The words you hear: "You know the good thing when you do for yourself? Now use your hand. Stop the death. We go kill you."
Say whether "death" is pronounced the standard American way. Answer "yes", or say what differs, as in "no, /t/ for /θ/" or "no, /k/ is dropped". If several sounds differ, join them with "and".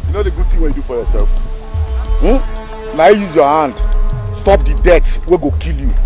no, /s/ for /θ/